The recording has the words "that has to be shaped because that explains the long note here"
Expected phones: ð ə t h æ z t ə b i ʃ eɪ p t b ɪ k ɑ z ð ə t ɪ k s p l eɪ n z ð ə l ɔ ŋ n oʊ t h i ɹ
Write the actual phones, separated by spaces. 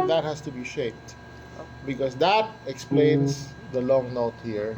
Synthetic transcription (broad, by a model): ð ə t h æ s t ə b i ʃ eɪ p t b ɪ k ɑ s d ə t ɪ k s p l eɪ n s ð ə l ɔ ŋ n oʊ t h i ɹ